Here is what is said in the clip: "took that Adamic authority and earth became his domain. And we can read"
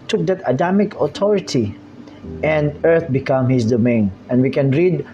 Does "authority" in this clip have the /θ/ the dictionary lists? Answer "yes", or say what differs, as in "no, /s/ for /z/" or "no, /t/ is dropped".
no, /t/ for /θ/